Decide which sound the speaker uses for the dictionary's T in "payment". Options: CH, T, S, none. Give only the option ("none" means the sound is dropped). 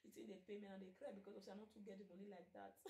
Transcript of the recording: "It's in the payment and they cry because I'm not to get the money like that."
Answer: none